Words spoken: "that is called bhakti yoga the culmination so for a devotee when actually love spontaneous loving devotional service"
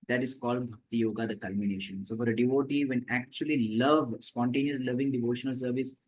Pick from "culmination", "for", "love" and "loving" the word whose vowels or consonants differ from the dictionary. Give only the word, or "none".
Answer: none